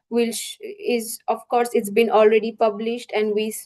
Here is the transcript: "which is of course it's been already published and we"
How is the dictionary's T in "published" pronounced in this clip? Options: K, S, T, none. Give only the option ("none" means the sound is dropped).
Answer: T